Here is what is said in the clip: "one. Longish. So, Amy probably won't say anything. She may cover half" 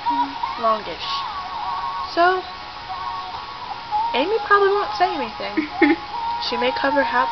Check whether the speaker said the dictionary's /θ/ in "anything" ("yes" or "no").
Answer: yes